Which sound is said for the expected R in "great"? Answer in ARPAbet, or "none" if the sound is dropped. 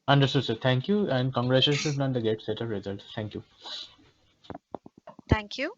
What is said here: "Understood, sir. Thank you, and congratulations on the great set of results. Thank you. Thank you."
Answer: none